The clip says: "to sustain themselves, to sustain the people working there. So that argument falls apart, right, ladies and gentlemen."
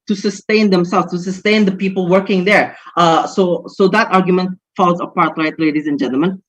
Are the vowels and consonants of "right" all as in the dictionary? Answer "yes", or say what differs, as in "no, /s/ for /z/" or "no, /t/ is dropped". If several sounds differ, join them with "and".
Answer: no, /l/ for /ɹ/